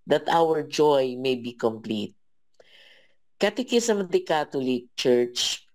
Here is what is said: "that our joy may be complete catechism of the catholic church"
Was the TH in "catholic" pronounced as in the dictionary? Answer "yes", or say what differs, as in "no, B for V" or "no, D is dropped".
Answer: no, T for TH